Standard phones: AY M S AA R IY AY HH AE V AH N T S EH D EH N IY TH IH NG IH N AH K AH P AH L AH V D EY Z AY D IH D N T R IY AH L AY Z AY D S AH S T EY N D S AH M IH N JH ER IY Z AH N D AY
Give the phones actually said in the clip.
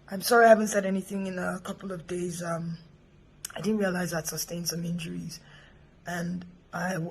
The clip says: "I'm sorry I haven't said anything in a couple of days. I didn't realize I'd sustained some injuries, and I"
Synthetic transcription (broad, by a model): AY M S AA R IY AY HH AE V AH N T S EH D EH N IY TH IH NG IH N AH K AH P L AH V D EY Z AY D IH D N T R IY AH L AY Z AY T S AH S T EY N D S AH M IH N JH ER IY Z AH N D AY